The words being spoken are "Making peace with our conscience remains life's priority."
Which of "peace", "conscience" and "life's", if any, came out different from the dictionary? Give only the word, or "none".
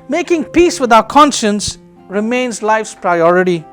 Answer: none